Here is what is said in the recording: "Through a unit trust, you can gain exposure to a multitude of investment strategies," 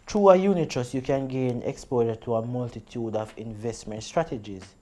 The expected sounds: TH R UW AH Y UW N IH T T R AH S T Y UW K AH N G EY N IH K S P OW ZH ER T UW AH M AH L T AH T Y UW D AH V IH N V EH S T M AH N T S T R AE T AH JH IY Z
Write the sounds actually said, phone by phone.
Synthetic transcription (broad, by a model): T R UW AH Y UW N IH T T AH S Y UW K AH N G EY N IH K S P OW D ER T UW AH M AH L T AH T Y UW D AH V IH N V EH S T M AH N T S T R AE T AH JH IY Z